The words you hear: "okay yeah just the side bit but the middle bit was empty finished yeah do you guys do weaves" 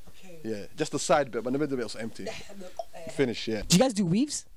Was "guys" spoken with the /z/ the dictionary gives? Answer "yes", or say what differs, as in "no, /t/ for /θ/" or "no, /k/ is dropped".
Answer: yes